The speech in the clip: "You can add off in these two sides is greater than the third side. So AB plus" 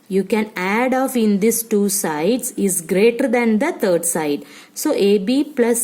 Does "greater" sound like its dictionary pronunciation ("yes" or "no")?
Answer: yes